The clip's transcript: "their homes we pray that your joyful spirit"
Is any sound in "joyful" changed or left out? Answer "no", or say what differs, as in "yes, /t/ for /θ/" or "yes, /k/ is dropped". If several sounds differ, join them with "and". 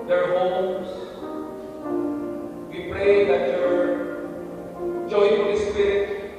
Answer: yes, /f/ is dropped